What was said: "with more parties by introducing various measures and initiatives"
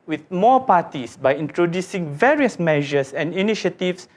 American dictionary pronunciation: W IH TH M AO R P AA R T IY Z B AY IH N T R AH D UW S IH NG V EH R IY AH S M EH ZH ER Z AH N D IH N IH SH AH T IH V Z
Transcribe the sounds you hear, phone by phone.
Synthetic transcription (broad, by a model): W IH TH M AO P AA T IY S B AY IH N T R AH D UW S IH NG V EH R IY AH S M EH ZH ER S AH N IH N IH SH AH T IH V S